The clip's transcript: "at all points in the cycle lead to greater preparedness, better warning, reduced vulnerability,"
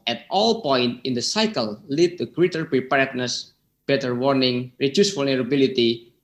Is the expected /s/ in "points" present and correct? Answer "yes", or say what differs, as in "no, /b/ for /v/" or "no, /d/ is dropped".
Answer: no, /s/ is dropped